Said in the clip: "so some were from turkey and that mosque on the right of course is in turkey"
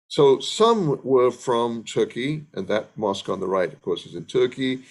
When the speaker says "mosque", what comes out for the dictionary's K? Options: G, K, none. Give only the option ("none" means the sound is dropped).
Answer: K